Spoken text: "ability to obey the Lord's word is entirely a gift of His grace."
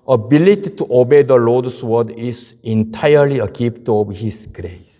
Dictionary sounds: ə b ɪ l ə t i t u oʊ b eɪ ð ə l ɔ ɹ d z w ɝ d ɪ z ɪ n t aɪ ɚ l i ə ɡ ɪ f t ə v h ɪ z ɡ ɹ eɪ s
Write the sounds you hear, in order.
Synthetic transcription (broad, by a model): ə b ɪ l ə t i t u oʊ b eɪ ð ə l ɔ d s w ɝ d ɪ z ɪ n t aɪ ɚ l i ə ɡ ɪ p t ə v h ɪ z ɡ ɹ eɪ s